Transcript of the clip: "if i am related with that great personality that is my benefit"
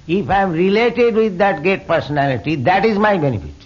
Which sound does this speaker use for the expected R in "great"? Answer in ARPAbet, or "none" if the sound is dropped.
none